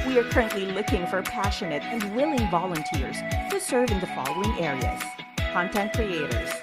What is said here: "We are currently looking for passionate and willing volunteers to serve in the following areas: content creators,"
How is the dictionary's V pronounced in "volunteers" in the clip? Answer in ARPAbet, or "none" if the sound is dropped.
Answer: V